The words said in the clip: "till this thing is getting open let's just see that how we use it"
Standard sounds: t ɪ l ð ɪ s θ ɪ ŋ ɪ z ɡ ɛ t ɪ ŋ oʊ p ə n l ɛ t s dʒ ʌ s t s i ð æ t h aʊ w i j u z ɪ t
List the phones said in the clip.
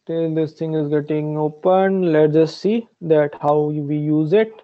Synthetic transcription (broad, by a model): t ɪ l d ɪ s t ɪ ŋ ɪ z ɡ ɛ t ɪ ŋ oʊ p ə n l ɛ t dʒ ʌ s t s i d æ t h aʊ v i j u z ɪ t